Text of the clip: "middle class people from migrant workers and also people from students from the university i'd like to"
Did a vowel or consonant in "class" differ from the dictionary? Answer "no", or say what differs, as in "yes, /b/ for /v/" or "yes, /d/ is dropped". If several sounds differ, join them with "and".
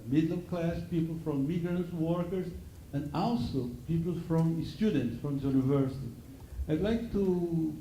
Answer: no